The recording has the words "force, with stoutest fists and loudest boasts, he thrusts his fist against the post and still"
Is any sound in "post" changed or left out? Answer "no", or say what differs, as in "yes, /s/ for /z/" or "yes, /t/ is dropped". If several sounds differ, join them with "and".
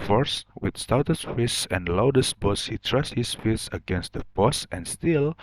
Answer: yes, /b/ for /p/